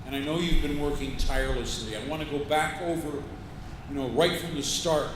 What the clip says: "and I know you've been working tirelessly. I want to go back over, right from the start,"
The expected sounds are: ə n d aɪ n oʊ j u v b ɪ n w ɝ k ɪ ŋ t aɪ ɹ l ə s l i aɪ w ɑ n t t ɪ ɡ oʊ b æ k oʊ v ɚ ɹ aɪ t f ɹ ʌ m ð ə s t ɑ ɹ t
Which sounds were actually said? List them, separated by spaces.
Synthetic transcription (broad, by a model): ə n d aɪ n oʊ j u v b ɪ n w ɝ k ɪ ŋ t aɪ ɹ l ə s l i aɪ w ɑ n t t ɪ ɡ oʊ b æ k oʊ v ɚ ɹ aɪ t f ɹ ʌ m ð ə s t ɑ ɹ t